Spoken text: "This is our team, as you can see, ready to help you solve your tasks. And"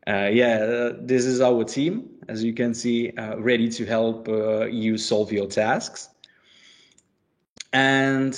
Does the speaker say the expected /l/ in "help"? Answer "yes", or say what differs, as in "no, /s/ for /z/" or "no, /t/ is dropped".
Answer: yes